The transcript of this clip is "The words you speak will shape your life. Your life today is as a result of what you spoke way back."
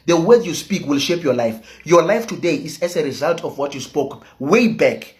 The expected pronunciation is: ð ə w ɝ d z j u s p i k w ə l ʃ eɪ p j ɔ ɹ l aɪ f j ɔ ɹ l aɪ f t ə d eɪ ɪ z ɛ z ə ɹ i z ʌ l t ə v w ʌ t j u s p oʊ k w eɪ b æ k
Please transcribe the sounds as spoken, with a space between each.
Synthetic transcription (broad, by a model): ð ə w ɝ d j u s p i k w ə l ʃ eɪ p j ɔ l aɪ f j ɔ l aɪ f t ə d eɪ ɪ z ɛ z ə ɹ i z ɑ l t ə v w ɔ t j u s p oʊ k w eɪ b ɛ k